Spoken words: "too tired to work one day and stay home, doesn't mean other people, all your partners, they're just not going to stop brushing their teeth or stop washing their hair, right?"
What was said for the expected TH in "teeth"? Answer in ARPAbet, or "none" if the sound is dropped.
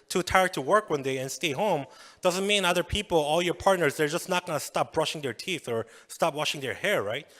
TH